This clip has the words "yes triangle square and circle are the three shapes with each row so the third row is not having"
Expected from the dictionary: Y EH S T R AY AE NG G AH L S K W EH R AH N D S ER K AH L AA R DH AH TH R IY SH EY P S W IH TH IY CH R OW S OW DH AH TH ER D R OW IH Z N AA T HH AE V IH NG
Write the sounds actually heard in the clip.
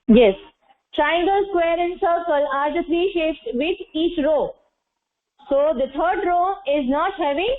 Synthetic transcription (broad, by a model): Y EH S T R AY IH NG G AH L S K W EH R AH N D S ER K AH L AA R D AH F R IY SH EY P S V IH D IY CH R OW S OW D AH T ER D R OW IH Z N AA T HH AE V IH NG